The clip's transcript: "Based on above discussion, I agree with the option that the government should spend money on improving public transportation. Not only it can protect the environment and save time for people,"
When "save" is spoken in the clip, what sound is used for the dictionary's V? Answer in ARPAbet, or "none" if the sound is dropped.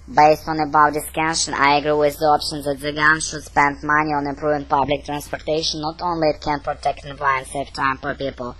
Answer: F